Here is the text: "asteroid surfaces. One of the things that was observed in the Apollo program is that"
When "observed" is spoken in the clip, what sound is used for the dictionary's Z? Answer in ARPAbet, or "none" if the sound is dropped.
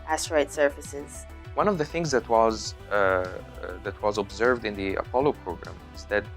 Z